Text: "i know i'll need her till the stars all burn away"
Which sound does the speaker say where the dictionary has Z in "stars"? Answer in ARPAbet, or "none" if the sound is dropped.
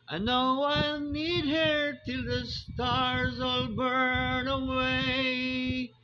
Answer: Z